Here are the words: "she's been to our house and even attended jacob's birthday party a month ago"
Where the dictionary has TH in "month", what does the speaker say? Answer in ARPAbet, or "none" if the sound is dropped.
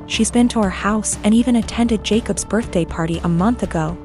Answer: TH